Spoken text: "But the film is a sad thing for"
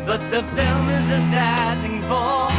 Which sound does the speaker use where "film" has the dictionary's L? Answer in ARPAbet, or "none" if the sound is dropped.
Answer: L